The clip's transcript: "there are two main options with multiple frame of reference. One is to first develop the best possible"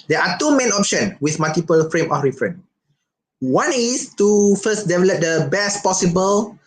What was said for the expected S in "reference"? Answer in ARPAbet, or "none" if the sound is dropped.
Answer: none